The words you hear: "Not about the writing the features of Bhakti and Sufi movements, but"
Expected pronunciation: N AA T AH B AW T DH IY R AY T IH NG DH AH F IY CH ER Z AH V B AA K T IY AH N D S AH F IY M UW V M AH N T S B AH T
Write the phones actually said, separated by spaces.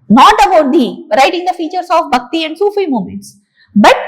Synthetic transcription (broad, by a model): N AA T AH B AW T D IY R AY T IH NG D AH F IY CH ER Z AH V B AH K T IY AH N D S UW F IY M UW M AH N T S B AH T